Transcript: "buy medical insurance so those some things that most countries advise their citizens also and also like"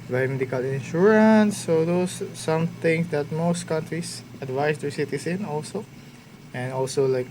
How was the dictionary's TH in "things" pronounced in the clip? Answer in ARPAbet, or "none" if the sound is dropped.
T